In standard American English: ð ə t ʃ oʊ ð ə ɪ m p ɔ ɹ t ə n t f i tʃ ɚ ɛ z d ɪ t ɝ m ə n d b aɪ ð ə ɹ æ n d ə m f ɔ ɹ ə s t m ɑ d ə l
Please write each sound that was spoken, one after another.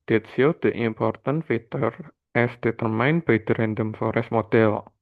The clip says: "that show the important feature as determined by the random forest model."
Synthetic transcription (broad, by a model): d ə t s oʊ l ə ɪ m p ɔ ɹ t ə n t f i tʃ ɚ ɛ s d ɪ t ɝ m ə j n b aɪ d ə ɹ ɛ n d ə m f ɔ ɹ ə s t m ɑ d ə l